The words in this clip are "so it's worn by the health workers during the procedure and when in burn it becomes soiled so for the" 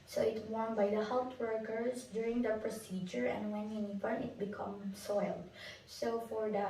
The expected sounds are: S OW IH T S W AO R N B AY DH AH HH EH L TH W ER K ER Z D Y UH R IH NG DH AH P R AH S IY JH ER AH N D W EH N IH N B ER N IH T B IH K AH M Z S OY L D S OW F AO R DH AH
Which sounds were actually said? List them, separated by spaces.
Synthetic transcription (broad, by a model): S OW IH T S W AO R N B AY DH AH HH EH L T W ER K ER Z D Y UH R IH NG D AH P R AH S IY JH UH AH N D W EH N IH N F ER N IH T B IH K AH M S OY L D S OW F AO R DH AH